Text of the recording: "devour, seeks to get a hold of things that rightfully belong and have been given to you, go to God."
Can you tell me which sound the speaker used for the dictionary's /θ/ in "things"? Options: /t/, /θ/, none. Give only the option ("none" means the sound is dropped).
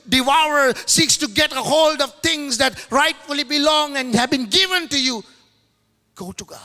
/t/